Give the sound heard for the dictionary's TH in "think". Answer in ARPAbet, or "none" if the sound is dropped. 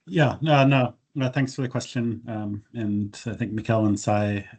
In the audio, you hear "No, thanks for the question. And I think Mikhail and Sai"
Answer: TH